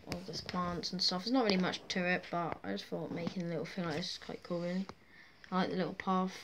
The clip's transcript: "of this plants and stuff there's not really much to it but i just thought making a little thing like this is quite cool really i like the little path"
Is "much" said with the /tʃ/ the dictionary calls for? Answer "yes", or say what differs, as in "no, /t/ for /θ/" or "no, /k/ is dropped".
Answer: yes